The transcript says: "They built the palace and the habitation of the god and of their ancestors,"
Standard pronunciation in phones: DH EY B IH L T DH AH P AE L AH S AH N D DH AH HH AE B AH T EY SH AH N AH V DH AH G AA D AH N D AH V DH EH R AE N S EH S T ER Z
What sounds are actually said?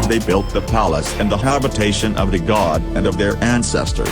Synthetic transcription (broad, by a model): DH EY B IH L T DH AH P AE L AH S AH N DH AH HH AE B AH T EY SH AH N AH V DH AH G AA D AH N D AH V DH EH R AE N S EH S T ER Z